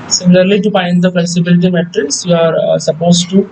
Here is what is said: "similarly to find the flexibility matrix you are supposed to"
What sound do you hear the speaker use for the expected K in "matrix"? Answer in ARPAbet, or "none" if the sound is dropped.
none